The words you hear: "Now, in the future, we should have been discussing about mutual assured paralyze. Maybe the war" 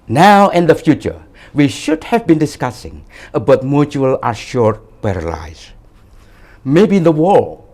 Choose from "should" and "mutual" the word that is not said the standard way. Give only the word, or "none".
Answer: none